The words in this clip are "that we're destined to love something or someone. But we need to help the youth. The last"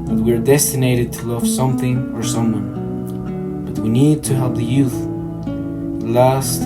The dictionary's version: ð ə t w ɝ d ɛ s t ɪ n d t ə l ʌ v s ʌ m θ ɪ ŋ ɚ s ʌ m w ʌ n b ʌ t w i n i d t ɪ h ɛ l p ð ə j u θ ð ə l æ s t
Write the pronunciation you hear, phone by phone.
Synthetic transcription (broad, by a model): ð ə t w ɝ d ɛ s t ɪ n d t ə l ʌ v s ʌ m θ ɪ ŋ ɚ s ʌ m w ʌ n b ʌ t w i n i d t ɪ h ɛ l p ð ə j u θ l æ s t